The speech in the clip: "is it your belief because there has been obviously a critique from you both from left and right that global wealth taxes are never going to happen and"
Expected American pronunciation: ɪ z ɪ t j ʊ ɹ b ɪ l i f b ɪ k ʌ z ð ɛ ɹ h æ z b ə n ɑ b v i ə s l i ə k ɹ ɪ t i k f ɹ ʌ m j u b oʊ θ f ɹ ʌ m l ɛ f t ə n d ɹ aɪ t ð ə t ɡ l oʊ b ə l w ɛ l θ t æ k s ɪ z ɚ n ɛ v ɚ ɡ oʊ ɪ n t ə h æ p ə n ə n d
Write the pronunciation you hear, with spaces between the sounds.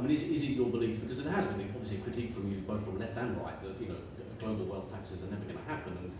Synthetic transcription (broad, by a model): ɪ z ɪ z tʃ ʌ ɹ b ɪ l i f b ɪ k ʌ z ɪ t h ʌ z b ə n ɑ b v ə s l i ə k ɹ ɪ t i k f ɹ ʌ m j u b oʊ θ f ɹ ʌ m l ɛ f t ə n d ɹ aɪ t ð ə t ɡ l oʊ b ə l w ɛ l θ t æ k s ɪ z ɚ n ɛ v ɚ ɡ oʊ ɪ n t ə h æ p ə n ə n